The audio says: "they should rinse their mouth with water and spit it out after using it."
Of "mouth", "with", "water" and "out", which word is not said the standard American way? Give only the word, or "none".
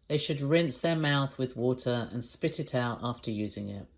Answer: none